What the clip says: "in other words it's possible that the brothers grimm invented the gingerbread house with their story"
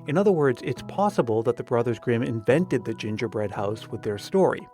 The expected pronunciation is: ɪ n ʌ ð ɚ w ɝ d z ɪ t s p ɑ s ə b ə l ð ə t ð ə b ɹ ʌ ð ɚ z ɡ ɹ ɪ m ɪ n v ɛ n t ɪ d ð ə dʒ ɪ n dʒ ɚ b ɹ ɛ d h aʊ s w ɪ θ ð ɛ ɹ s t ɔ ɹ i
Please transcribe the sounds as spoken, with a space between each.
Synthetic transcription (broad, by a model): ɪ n ʌ ð ɚ w ɝ d z ɪ t s p ɑ s ə b ə l ð ə t ð ə b ɹ ʌ ð ɚ z ɡ ɹ ɪ m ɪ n v ɛ n t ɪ d ð ə dʒ ɪ n dʒ ɚ b ɹ ɛ d h aʊ s w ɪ ð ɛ ɹ s t ɔ ɹ i